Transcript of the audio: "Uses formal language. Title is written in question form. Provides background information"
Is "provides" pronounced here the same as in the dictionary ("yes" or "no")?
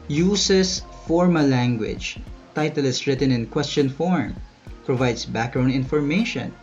no